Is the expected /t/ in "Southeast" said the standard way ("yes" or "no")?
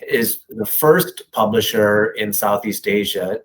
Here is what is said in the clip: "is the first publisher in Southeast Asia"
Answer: yes